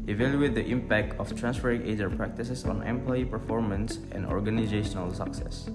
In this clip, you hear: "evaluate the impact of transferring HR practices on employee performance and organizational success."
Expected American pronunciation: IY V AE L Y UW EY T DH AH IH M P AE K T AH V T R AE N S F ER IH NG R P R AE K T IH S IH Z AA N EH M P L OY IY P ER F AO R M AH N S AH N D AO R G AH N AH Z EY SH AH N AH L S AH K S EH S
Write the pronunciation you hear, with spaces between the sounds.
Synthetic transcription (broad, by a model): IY V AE L Y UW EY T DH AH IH M P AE K T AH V T R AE N S F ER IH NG R P R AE K T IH S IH S AA N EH M P L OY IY P ER F AO R M AH N S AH N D AO R G AH N AH Z EY SH AH N AH L S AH K S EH S